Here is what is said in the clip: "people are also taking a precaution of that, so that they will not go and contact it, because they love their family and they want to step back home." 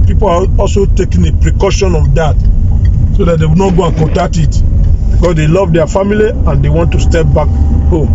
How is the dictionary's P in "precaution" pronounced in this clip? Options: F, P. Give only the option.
P